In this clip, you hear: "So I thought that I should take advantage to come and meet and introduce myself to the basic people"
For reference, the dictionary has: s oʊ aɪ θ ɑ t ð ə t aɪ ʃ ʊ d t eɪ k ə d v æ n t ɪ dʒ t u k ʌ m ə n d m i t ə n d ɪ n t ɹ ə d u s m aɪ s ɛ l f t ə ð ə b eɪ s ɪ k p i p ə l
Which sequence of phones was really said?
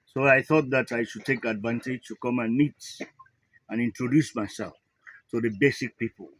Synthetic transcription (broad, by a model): s oʊ aɪ θ ɑ t ð ə t aɪ ʃ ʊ d t eɪ k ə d v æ n t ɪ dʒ t u k ʌ m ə n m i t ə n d ɪ n t ɹ ə d u s m aɪ s ɛ l f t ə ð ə b eɪ s ɪ k p i p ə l